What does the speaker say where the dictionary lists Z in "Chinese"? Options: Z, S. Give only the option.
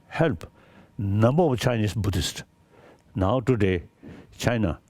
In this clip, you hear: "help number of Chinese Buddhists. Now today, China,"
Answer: S